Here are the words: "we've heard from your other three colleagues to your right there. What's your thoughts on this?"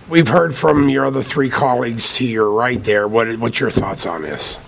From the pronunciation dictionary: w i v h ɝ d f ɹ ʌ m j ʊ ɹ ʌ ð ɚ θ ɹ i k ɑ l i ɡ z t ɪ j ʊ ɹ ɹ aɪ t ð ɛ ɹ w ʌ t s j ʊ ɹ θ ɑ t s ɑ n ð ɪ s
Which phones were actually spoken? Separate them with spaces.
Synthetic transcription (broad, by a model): w i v h ɝ d f ɹ ʌ m j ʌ ɹ ʌ ð ɚ θ ɹ i k ɑ l i ɡ z t ɪ j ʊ ɹ ɹ aɪ t ð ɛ ɹ w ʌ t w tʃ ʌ ɹ θ ɑ t s n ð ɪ s